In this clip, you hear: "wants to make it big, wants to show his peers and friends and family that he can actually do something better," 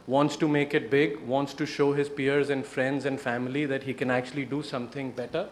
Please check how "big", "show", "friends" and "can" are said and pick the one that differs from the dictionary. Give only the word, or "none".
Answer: none